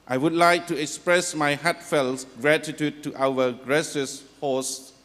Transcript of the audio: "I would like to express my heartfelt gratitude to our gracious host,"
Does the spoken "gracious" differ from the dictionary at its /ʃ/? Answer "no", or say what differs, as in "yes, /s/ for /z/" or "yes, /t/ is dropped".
yes, /s/ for /ʃ/